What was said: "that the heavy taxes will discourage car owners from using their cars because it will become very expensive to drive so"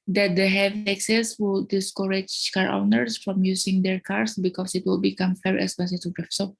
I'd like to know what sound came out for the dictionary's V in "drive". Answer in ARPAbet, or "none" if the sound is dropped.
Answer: F